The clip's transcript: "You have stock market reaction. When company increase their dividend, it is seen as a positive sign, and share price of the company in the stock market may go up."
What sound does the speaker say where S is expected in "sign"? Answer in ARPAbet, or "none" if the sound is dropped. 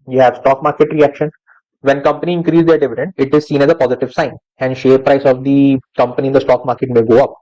S